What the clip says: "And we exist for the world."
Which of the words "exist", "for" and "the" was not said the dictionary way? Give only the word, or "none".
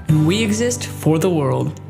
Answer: none